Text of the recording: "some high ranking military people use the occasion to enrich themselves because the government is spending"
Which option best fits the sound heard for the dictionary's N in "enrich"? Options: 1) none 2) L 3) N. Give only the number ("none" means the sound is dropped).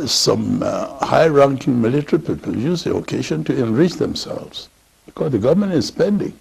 3